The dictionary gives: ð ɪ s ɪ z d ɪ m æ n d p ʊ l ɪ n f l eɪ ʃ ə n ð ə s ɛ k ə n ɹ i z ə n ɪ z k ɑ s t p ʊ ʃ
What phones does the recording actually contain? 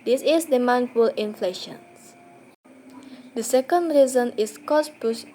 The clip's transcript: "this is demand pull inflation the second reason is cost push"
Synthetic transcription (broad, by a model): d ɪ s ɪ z d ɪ m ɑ n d f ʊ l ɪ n f l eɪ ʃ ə n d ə s ɛ k ə n ɹ i z ə n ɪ s k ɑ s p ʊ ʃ